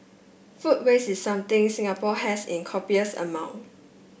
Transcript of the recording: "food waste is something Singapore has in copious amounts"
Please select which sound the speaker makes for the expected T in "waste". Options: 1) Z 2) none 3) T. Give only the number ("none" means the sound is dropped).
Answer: 2